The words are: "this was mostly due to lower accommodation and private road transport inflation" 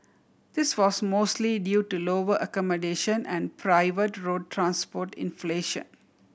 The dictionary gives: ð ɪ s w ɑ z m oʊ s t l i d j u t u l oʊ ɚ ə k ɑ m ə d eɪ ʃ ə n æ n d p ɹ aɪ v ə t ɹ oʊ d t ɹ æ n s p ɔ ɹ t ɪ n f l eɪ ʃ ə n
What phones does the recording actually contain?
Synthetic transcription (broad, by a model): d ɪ s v ɑ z m oʊ s t l i d j u t u l oʊ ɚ ə k ɑ m ə d eɪ ʃ ə n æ n d p ɹ aɪ v ə t ɹ oʊ d t ɹ æ n s p ɔ ɹ t ɪ n f l eɪ ʃ ə n